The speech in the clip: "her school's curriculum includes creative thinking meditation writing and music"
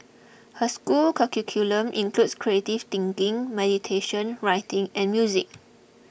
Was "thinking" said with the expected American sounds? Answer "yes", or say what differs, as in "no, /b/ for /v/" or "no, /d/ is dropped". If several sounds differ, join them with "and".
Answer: no, /t/ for /θ/